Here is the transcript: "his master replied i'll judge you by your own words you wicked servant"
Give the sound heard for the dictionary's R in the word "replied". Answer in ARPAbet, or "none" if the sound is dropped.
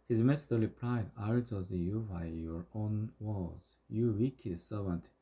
L